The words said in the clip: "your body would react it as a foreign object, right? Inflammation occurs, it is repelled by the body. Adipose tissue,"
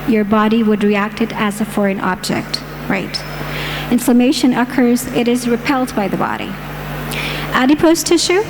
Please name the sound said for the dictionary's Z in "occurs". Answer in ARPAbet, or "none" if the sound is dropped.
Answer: Z